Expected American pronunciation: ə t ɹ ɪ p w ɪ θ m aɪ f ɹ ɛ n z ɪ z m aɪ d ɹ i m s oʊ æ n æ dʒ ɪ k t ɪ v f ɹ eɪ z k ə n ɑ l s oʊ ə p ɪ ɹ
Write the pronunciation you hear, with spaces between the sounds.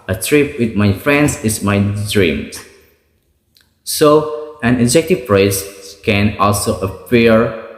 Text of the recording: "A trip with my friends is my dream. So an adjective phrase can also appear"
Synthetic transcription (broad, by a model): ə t ɹ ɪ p w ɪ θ m aɪ f ɹ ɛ n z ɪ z m aɪ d ɹ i m s oʊ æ n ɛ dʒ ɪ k t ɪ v p ɹ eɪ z k ə n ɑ l s oʊ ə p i ɹ